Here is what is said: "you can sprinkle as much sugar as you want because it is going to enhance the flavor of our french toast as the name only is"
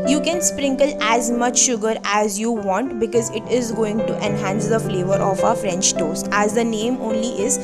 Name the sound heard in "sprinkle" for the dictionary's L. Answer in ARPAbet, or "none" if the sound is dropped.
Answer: L